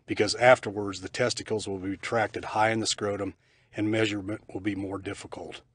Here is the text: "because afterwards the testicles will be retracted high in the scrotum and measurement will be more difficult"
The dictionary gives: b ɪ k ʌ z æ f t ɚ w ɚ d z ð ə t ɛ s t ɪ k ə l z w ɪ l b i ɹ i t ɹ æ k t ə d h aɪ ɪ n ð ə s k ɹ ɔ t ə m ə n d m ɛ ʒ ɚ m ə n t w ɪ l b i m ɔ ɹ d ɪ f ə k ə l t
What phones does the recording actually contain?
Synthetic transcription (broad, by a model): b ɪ k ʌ z æ f t ɚ w ɚ d z ð ə t ɛ s t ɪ k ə l z w ɪ l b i i t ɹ æ k t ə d h aɪ ɪ n ð ə s k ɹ ɔ t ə m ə n m ɛ ʒ ɚ m ə n t w ɪ l b i m ɔ ɹ d ɪ f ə k l t